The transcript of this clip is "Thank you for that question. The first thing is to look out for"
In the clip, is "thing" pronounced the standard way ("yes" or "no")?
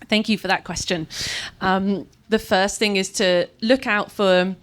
yes